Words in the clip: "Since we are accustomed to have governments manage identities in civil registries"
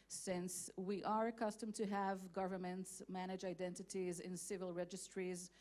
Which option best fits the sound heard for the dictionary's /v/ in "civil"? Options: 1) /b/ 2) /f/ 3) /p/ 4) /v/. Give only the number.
4